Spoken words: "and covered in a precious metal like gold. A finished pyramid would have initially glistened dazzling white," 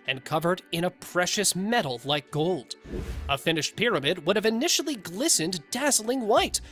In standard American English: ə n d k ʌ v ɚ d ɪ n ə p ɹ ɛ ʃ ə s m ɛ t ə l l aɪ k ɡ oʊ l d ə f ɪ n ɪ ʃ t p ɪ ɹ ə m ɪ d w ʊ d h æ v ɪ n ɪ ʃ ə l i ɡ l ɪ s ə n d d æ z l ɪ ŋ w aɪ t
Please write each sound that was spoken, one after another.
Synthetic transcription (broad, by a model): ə n k ʌ v ɚ d ɪ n ə p ɹ ɛ ʃ ə s m ɛ t l l aɪ k ɡ oʊ l d ə f ɪ n ɪ ʃ t p ɪ ɹ ə m ɪ d w ʊ d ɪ v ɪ n ɪ ʃ l i ɡ l ɪ s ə n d d æ z l ɪ ŋ w aɪ t